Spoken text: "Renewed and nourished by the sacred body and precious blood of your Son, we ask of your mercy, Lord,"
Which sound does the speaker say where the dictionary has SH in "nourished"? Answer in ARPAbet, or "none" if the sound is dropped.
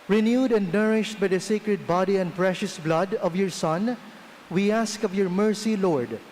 SH